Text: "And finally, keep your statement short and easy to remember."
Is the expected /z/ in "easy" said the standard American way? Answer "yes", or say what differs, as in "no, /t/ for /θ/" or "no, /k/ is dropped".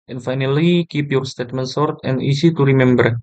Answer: no, /s/ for /z/